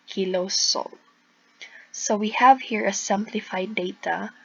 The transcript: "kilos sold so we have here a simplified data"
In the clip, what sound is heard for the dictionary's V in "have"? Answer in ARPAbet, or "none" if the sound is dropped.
V